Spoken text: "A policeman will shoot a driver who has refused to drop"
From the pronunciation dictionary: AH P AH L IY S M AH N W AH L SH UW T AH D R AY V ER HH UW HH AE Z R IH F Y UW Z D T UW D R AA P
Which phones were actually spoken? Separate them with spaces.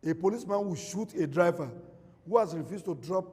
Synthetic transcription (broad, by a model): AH P AH L IY S M AH N W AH SH UW T AH D R AY V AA HH UW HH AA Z R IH F Y UW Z T UW D R AA P